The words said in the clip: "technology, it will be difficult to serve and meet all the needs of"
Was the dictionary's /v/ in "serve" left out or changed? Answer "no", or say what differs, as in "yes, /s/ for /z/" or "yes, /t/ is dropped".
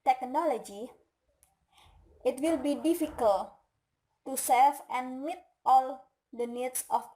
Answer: yes, /f/ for /v/